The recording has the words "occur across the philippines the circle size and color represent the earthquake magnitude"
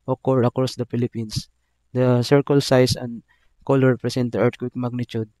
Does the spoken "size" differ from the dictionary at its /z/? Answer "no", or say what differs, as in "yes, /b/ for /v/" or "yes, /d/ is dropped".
yes, /s/ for /z/